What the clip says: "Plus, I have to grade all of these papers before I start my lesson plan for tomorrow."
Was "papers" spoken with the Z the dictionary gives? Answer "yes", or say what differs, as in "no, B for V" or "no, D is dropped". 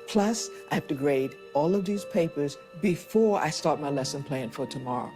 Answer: yes